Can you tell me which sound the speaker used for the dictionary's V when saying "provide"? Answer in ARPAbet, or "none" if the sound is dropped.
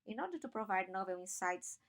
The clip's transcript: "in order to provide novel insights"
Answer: V